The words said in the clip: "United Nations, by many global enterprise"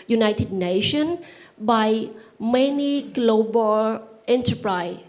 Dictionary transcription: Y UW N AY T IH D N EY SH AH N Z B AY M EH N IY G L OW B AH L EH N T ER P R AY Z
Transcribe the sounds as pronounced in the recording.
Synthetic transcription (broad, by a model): Y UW N AY T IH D N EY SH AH N B AY M EH N IY G L OW B AH L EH N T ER P R AY